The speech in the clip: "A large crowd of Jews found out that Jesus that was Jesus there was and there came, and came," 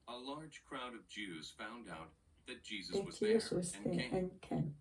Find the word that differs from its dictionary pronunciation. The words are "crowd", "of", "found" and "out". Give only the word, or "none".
none